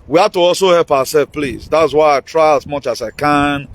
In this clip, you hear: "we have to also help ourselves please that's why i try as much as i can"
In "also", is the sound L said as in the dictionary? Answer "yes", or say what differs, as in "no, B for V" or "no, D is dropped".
yes